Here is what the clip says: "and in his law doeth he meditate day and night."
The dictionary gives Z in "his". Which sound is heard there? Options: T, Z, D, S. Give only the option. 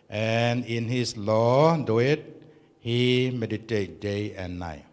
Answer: S